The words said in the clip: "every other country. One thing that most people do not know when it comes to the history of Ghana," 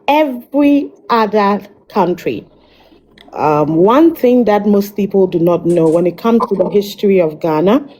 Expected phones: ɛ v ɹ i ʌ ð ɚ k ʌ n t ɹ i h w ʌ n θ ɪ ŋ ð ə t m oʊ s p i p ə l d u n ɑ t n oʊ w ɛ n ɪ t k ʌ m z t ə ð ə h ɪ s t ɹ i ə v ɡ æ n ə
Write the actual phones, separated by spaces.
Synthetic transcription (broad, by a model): ɛ v ɹ i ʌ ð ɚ k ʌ n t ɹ i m w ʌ n θ ɪ ŋ ð ə t m oʊ s p i p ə l d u n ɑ t n oʊ w ɛ n ɪ t k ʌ m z t ə ð ə h ɪ s t ɹ i ə v ɡ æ n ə